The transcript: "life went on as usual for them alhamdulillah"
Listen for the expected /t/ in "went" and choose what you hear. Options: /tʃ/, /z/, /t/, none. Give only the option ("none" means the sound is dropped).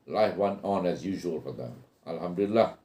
none